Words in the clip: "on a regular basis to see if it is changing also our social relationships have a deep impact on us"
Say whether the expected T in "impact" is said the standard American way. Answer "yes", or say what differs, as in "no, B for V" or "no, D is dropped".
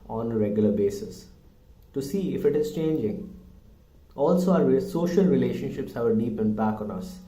no, T is dropped